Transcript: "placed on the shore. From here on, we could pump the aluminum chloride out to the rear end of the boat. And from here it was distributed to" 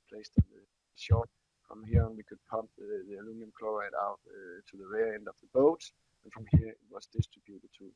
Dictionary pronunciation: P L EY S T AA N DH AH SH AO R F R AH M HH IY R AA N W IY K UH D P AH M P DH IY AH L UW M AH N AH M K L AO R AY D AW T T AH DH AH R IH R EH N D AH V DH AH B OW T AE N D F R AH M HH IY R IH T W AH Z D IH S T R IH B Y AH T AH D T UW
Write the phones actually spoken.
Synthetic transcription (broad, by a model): P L EY S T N DH AH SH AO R F R AH M HH IY R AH N W IY K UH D P AH M P DH IY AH L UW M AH AH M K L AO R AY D AW T T AH DH AH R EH EH N D AH V DH AH B OW T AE N F R AH M HH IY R IH T W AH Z D IH S T R IH B Y AH T AH D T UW